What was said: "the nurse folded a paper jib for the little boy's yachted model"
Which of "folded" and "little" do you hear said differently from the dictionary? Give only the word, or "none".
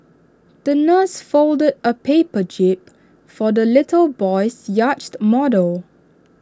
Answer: none